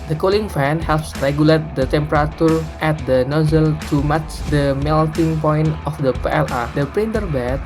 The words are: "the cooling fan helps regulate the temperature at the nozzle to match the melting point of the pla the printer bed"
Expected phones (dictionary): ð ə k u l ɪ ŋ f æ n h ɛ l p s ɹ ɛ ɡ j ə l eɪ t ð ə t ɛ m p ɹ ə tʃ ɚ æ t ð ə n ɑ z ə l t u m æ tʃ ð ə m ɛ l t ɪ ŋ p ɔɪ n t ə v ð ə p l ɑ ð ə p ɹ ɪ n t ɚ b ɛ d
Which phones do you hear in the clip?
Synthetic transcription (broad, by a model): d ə k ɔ l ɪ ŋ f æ n h ɛ l p s ɹ ɛ ɡ j ə l eɪ t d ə t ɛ m p ɹ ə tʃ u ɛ t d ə n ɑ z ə l t u m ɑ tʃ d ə m ɛ l t ɪ ŋ p ɔɪ n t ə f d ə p l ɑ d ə p ɹ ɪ n t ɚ b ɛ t